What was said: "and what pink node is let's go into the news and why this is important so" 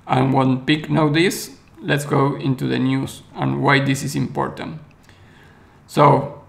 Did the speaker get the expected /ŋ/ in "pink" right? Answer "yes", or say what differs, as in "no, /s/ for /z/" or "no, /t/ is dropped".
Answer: no, /ŋ/ is dropped